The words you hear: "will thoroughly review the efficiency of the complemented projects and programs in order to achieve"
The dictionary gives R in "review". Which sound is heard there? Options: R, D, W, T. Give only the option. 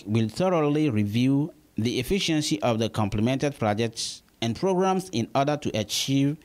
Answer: R